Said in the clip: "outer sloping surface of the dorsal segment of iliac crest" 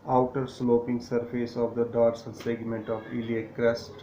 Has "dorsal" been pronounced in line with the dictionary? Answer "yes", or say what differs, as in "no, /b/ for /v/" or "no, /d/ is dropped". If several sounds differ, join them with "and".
no, /n/ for /l/